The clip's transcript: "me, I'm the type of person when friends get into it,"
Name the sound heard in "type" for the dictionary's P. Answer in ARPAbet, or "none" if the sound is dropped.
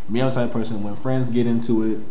none